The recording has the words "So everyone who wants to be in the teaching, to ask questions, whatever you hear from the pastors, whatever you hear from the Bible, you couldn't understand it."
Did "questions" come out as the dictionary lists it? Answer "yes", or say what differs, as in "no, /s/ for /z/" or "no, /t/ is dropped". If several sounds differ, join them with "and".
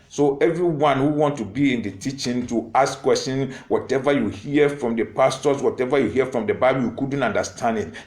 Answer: no, /z/ is dropped